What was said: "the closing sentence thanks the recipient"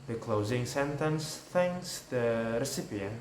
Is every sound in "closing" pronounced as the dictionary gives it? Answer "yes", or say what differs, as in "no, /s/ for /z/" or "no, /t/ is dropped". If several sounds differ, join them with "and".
yes